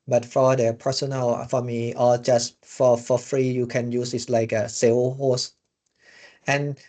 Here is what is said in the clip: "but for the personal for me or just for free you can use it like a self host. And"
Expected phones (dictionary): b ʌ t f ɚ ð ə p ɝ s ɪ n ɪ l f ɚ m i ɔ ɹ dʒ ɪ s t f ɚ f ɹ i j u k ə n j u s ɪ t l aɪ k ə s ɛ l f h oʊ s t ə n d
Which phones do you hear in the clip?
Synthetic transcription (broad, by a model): b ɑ t f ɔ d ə p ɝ s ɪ n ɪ l f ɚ m i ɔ l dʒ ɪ s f f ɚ f ɹ i j u k ə n j u s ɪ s l aɪ k ə s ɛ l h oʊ s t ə n